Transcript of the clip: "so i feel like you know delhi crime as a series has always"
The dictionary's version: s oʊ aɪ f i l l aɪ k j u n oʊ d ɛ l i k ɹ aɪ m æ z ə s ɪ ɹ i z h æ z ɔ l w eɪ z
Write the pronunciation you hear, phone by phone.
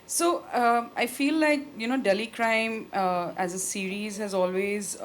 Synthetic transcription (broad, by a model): s oʊ aɪ f i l l aɪ k j u n oʊ d ɛ l i k ɹ aɪ m æ z ə s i ɹ i z h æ z ɔ l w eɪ z